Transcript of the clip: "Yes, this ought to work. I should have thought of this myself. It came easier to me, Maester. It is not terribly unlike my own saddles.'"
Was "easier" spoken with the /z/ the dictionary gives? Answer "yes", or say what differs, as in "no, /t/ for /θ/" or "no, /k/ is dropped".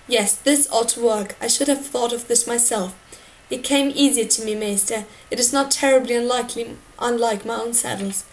yes